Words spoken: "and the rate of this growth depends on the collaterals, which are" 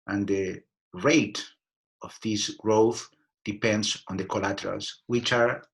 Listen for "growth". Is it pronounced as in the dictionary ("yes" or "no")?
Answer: yes